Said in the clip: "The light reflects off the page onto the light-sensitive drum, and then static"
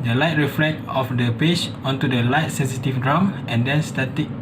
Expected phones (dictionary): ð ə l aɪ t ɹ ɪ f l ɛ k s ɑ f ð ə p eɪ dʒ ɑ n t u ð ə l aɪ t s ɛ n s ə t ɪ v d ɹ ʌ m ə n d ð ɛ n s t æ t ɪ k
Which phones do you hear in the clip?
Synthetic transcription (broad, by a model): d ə l aɪ t ɹ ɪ f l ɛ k ɑ f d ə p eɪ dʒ ɑ n t u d ə l aɪ t s ɛ n s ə t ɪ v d ɹ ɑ m ə n d ɛ n s t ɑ t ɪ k